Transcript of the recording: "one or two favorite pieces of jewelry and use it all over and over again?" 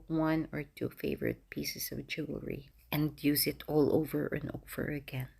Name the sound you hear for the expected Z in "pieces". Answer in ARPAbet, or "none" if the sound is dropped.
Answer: S